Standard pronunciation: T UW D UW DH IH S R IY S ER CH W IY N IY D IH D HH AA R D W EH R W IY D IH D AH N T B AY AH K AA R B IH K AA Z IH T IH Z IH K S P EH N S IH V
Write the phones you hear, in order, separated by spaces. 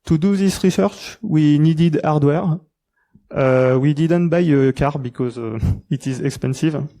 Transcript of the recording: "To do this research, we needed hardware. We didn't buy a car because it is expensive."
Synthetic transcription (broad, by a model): T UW D UW DH IH S R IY S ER CH W IY N IY D IH D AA R D W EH R W IY D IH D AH N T B AY AH K AA R B IH K AA Z IH T IH Z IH K S P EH N S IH V